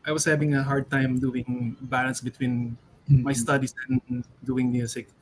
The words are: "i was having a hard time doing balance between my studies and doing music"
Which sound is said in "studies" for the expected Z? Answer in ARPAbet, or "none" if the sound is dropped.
S